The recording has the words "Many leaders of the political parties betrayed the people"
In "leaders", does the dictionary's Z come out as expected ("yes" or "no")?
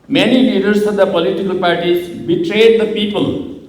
no